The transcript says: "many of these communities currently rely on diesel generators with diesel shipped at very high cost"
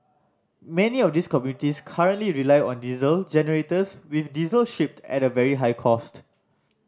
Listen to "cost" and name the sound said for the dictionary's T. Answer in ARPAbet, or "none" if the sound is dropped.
T